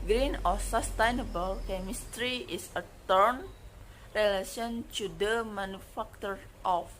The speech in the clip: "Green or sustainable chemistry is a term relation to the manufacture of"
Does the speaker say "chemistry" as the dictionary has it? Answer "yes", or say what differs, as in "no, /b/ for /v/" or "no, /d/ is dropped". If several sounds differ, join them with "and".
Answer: yes